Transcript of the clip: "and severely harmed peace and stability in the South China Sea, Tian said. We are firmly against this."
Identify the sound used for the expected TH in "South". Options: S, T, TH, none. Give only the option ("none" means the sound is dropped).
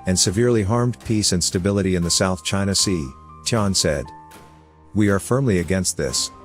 TH